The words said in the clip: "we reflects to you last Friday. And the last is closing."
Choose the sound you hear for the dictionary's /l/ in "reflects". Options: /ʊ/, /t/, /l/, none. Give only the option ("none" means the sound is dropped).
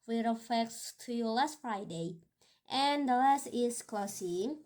none